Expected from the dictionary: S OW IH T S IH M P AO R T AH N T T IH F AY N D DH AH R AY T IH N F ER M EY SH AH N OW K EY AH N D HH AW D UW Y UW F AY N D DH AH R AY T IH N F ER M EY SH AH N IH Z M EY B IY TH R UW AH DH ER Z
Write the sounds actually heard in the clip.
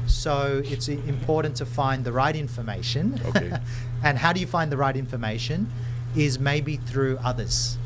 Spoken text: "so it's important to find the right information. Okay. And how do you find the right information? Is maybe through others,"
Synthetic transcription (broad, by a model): S OW IH T S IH M P AO R T N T T IH F AY N DH AH R AY T IH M F ER M EY SH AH N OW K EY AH N HH AW D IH Y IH F AY N DH AH R AY T IH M F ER M EY SH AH N IH Z M EY B IY TH R UW AH DH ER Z